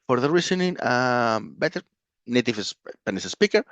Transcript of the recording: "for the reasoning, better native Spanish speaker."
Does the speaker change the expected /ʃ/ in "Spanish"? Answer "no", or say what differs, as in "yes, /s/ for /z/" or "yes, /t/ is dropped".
yes, /s/ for /ʃ/